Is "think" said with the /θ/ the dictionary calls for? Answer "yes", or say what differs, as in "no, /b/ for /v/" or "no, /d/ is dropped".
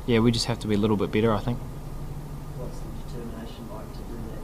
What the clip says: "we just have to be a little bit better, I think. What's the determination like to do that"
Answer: yes